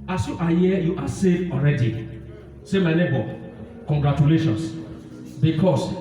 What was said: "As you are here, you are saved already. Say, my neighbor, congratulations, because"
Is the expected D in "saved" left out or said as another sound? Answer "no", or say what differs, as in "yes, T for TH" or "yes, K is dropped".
yes, D is dropped